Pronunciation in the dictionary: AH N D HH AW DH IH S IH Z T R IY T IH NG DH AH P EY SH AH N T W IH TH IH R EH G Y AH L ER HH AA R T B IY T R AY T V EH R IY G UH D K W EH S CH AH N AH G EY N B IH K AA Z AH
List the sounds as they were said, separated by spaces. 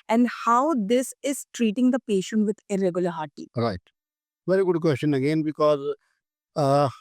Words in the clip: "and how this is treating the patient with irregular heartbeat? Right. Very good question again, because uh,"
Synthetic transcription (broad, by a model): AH N D HH AW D IH S IH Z T R IY T IH NG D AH P EY SH AH N T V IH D IH R EH G Y AH L ER HH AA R T IY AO R AY T V EH R IY G UH D K W EH S CH AH N AH G EY N B IH K AA Z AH